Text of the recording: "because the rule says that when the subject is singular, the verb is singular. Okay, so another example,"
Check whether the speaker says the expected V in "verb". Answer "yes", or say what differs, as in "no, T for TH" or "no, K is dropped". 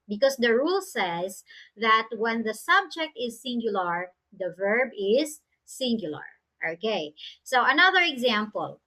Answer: yes